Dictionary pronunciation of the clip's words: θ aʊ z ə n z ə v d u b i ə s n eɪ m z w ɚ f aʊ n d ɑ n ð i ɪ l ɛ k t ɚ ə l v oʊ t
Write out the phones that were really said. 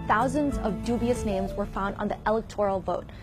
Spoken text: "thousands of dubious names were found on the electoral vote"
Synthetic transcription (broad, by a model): θ aʊ z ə n z ə v d u b i ə s n eɪ m z w ɚ f aʊ n d n ð i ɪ l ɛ k t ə l v oʊ t